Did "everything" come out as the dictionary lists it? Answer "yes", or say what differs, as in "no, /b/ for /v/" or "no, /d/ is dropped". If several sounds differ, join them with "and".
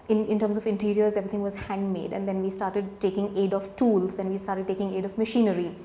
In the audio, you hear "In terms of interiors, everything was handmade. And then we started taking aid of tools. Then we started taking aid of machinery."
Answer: no, /t/ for /θ/